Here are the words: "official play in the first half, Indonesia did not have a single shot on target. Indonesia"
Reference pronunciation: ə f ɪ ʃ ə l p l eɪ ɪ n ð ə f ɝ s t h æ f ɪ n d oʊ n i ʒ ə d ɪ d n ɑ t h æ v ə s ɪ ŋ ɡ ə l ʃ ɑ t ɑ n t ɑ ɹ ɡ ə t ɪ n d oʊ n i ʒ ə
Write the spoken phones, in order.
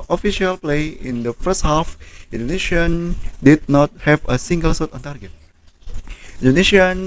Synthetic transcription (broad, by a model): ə f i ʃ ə l p l eɪ ɪ n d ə f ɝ s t h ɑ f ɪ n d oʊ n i ʃ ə d ɪ d n ɑ t h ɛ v ə s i ŋ ɡ ə l s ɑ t ɑ n t ɑ ɹ ɡ ə t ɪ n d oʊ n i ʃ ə